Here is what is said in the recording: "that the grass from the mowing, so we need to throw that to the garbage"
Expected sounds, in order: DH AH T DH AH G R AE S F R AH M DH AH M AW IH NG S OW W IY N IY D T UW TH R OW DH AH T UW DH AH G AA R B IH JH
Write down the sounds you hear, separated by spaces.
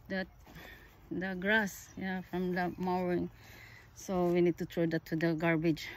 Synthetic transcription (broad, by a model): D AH T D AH G R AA S F R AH M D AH M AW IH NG S OW W IY N IY D T UW T R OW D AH T UW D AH G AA R B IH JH